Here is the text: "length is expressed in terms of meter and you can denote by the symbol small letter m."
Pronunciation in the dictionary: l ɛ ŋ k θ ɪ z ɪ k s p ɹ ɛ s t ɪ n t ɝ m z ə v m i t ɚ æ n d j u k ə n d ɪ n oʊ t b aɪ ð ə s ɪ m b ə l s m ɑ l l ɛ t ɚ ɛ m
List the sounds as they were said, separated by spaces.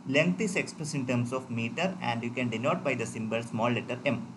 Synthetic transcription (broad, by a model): l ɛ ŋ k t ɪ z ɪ k s p ɹ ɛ s ɪ n t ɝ m s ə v m i t ɚ æ n d j u k ə n d ɪ n oʊ t b aɪ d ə s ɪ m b ə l s m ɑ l l ɛ t ɚ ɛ m